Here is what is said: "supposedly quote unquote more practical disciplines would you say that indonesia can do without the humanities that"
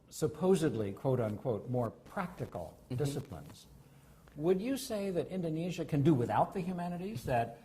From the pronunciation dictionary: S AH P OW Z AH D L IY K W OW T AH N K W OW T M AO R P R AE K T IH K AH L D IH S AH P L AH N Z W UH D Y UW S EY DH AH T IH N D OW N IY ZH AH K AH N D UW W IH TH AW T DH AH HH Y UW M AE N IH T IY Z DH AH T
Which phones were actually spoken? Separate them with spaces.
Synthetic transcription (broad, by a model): S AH P OW Z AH D L IY K W OW T AH N K W OW T M AO R P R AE K T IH K L D IH S AH P L AH N Z W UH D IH S EY DH AH T IH N D OW N IY ZH AH K AH N D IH W IH TH AW T DH AH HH Y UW M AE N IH T IY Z DH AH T